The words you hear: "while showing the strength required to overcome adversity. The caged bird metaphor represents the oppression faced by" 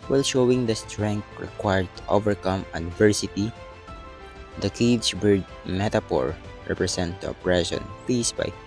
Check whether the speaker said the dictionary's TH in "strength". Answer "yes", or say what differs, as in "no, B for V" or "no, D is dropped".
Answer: no, T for TH